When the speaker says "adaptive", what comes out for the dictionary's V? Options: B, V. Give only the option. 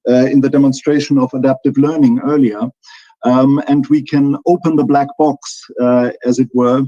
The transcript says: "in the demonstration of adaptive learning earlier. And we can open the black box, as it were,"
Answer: V